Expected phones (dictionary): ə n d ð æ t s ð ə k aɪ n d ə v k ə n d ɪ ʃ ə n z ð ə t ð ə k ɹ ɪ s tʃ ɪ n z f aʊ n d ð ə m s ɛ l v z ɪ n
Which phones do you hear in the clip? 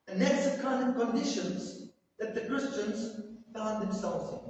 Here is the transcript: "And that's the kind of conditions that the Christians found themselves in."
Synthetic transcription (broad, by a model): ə n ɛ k s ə k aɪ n ə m k ə n d ɪ ʃ ə n z ð ə t ð ə k ɹ ɪ s tʃ ɪ n z f aʊ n ð ə m s ɛ l v z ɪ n